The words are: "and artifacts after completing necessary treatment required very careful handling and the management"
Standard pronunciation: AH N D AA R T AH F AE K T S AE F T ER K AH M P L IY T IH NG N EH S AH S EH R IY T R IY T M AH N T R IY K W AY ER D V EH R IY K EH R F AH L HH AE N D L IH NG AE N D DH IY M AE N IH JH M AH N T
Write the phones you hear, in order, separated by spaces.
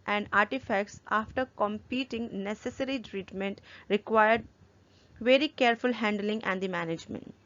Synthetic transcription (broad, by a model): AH N D AA R T AH F AE K T S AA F T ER K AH M P IY T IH NG N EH S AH S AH R IY T R IY T M AH N T R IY K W AY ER D V EH R IY K EH R F AH L HH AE N D L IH NG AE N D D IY M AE N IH JH M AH N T